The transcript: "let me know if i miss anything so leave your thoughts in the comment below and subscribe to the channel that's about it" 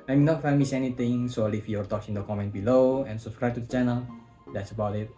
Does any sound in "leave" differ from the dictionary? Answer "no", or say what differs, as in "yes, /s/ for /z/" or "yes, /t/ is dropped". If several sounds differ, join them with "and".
yes, /f/ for /v/